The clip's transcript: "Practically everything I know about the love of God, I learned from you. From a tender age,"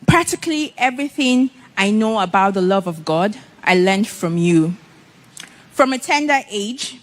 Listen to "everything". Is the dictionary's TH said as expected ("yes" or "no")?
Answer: yes